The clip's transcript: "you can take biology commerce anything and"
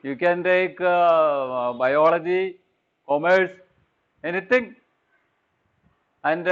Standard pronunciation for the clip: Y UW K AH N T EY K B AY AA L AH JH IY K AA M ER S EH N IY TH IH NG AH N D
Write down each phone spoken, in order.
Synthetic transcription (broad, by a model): Y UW K AH N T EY K B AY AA L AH JH IY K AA M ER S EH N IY T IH NG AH N D